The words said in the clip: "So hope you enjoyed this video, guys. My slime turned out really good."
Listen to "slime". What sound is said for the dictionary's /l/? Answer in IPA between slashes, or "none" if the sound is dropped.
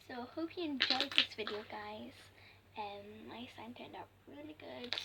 none